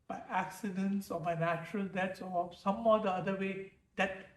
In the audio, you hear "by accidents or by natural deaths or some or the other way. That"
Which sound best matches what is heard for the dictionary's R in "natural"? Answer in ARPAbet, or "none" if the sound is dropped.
R